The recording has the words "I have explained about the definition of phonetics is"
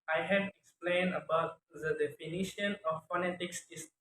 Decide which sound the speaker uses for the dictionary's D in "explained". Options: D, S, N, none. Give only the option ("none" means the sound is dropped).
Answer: D